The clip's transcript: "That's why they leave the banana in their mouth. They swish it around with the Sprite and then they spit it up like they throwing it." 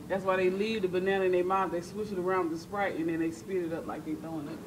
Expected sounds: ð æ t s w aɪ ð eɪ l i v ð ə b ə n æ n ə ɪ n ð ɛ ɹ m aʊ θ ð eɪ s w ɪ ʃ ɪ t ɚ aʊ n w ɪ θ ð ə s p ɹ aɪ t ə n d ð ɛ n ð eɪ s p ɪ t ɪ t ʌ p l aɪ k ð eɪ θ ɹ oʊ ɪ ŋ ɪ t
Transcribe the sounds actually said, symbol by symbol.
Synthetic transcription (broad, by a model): ð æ t s w aɪ ð eɪ l i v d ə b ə n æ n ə ɪ n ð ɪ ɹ m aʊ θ ð eɪ s w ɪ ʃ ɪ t ɚ aʊ n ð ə s p ɹ aɪ t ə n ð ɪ n ð eɪ s p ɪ t ɪ t ʌ p l aɪ k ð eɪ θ oʊ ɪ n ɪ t